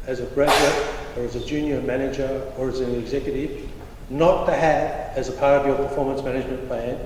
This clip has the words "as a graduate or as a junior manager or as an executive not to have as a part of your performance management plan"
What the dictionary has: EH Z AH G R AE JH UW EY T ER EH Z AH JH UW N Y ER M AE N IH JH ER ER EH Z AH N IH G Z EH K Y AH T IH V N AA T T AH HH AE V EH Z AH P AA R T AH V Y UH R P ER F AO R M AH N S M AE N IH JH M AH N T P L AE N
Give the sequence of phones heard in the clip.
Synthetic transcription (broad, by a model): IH Z AH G R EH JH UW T ER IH Z AH JH UW N Y ER M AE N IH JH ER ER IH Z AH N IH G Z EH K Y AH T IH V N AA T T AH HH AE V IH Z AH P AA R T AH V Y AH R P ER F AO R M AH N S M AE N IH JH M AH N P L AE N